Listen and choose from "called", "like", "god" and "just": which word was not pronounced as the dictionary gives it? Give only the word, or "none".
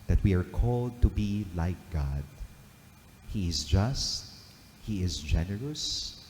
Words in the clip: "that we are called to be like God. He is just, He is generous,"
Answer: none